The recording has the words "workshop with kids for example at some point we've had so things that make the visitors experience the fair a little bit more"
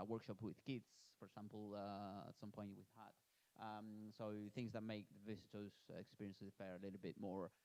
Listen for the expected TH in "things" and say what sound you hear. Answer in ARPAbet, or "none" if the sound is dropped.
TH